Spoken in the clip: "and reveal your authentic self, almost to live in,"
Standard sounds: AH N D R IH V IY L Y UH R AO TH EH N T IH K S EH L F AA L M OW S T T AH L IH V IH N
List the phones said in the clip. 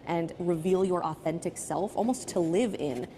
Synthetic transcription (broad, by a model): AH N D R IH V IY L Y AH R AO TH EH N T IH K S EH L F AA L M OW S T T AH L IH V IH N